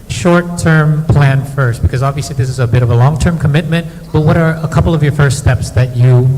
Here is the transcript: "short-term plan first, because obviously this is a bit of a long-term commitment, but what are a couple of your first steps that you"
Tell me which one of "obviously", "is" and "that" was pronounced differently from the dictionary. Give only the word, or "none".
none